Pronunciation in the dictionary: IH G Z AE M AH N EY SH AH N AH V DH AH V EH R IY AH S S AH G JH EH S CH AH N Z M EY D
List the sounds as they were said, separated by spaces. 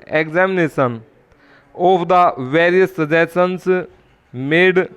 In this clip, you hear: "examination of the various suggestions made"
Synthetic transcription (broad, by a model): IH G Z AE M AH N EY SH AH N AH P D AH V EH R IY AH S S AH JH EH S AH N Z M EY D